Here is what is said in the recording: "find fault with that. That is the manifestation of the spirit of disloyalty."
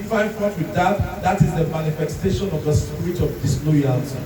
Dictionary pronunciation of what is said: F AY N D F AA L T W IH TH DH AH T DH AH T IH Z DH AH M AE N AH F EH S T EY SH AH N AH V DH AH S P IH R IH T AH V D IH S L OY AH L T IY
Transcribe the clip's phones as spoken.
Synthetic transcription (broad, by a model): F AY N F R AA N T W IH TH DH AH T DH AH T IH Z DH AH M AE N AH F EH S T EY SH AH N AH V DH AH S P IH R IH T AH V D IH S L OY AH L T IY